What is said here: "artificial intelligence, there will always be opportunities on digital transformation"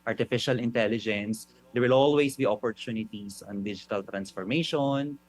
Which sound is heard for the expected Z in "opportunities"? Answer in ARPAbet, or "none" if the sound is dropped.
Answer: S